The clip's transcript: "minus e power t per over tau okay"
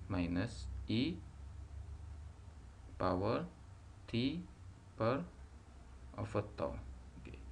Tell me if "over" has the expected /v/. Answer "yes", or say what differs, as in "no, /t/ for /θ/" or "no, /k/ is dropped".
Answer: no, /f/ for /v/